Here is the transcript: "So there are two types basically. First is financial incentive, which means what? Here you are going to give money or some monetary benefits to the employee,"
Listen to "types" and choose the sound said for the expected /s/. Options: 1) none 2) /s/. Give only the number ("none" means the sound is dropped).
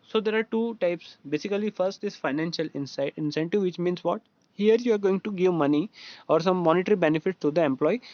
2